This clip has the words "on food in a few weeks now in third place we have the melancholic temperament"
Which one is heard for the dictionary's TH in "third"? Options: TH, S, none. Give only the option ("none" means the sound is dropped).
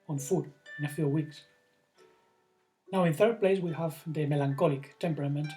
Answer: TH